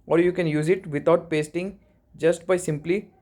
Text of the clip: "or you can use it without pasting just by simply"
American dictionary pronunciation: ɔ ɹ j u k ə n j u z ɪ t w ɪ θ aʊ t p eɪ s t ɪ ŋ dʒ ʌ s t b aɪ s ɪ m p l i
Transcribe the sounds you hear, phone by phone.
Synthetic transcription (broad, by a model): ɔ ɹ j u k ə n j u z ɪ t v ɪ t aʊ t p eɪ s t ɪ ŋ dʒ ʌ s t b aɪ s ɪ m p l i